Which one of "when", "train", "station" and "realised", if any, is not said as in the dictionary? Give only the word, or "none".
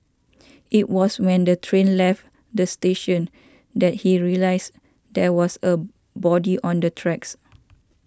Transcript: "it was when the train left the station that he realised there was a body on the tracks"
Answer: realised